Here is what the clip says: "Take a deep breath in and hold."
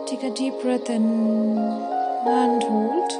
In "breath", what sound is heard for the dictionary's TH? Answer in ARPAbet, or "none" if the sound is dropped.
T